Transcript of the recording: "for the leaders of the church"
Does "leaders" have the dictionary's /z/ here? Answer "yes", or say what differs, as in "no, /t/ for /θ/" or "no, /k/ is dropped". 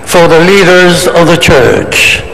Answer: yes